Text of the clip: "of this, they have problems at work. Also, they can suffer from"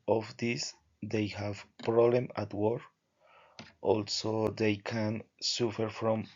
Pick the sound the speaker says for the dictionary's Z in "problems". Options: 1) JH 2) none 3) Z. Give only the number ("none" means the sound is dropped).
2